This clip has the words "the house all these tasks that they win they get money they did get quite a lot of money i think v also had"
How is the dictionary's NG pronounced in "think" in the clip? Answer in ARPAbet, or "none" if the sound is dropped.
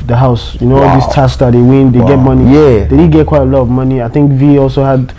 NG